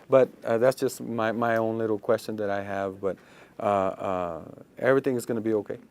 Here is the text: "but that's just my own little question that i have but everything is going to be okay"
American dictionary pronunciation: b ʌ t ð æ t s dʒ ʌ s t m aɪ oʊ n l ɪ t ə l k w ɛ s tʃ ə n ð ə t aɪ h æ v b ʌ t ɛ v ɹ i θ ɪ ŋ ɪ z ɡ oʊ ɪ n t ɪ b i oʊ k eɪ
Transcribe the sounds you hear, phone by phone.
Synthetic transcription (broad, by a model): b ʌ t ð æ t s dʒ ʌ s t m aɪ oʊ n l ɪ t l k w ɛ s tʃ ə n ð ə t aɪ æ v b ʌ t ɛ v ɹ i θ ɪ ŋ ɪ z ɡ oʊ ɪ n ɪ b i oʊ k eɪ